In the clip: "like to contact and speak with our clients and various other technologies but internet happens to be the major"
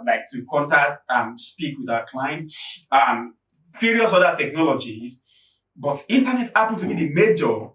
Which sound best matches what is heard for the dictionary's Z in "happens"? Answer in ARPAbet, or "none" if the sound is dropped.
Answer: none